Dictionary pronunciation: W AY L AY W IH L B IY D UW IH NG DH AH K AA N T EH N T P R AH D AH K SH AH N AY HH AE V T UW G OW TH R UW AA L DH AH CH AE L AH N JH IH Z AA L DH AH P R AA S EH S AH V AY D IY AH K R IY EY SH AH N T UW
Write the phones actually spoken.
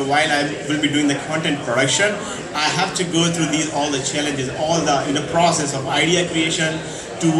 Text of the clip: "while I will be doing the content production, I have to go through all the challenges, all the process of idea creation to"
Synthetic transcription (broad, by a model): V AY L AY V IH L B IY D UW IH NG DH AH K AA N T EH N T P R AH D AH K SH AH N AY HH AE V T UW G OW T R UW AA L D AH CH AE L AH N JH IH Z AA L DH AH P R AA S EH S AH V AY D IY AH K R IY EY SH AH N T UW